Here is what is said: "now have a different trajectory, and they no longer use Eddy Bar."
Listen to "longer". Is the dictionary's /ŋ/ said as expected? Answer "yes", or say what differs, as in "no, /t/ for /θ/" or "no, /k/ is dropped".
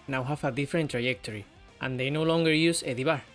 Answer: yes